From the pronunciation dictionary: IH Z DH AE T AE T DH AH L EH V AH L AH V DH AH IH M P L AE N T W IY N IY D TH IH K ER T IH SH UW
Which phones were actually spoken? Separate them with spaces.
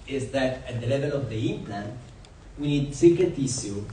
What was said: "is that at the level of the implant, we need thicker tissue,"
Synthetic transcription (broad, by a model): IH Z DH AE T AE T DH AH L EH V AH L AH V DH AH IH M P L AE N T W IY N IY D S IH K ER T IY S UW